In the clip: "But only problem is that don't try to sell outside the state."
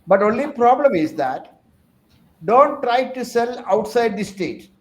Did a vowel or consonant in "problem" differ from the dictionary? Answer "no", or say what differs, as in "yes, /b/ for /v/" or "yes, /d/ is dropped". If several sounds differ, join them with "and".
no